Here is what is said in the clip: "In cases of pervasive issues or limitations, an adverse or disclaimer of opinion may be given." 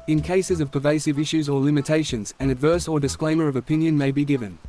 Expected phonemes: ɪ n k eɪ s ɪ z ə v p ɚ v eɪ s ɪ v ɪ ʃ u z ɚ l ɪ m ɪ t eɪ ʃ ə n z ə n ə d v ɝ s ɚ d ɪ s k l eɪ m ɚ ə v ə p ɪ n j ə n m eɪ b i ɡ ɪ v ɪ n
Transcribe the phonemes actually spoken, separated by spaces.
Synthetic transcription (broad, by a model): ɪ n k eɪ s ɪ z ə v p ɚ v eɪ s ɪ v ɪ ʃ u z ɚ l ɪ m ɪ t eɪ ʃ ə n z ə n ə d v ɝ s ɚ d ɪ s k l eɪ m ɚ ə v ə p ɪ n j ə n m eɪ b i ɡ ɪ v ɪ n